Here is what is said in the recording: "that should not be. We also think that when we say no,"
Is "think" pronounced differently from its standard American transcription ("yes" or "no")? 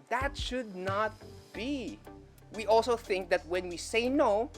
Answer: no